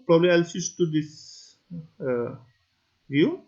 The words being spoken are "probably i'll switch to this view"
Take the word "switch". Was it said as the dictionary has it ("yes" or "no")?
no